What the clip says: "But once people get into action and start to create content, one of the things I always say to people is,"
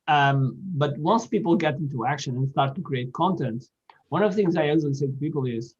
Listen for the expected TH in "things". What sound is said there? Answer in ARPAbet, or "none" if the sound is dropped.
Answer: TH